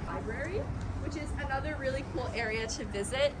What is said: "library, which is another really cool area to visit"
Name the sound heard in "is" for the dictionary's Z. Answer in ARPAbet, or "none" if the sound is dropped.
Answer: Z